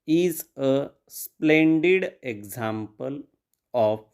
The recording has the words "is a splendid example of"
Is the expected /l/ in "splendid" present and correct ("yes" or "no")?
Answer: yes